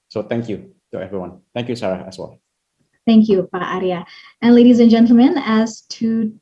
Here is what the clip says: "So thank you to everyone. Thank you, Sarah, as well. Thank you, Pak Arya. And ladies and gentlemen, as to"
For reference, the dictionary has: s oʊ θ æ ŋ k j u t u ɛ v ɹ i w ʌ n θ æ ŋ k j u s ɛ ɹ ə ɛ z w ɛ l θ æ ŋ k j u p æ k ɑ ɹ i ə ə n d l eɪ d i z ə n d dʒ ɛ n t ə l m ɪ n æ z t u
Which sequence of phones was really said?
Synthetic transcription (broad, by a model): s oʊ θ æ ŋ k j u t u ɛ v ɹ i w ʌ n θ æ ŋ k j u s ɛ ɹ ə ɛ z w ɛ l θ æ ŋ k j u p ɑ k ɑ ɹ i ə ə n l eɪ d i z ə n dʒ ɛ n t l m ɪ n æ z t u